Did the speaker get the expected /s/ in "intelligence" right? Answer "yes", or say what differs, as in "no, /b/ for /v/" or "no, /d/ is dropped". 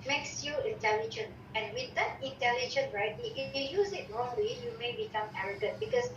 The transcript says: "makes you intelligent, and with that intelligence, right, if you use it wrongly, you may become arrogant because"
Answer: no, /s/ is dropped